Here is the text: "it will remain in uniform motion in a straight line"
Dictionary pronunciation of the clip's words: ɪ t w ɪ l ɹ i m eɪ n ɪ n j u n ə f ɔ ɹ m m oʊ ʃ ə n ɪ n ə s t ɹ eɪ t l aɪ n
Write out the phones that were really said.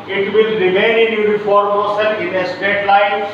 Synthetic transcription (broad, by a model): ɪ t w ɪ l ɹ i m eɪ n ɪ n j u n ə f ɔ ɹ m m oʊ s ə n ɪ n ə s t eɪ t l aɪ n